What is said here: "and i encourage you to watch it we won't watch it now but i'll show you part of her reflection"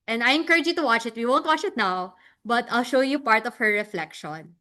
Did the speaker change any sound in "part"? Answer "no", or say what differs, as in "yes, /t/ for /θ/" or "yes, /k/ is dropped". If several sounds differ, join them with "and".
no